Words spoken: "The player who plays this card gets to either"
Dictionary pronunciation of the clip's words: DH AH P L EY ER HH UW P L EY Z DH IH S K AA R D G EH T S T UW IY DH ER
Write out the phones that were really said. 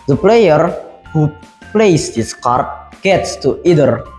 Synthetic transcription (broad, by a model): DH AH P L EY ER HH UW P L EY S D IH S K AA R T G EH T S T UW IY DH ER